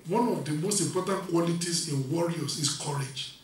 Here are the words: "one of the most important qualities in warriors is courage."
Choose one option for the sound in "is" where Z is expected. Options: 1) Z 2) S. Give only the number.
2